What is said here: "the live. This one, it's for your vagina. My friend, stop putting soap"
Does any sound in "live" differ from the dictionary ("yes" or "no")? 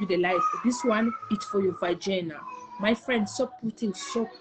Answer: yes